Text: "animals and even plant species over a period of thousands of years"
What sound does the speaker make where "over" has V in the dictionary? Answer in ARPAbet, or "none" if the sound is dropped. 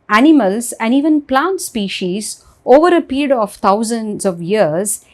V